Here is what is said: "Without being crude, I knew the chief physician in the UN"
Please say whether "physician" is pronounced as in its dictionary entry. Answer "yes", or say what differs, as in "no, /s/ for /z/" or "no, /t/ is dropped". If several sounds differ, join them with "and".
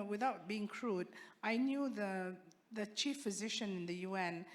yes